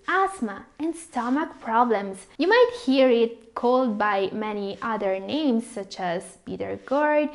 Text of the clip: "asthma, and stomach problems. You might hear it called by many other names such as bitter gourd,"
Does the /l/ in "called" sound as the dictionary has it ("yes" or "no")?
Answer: yes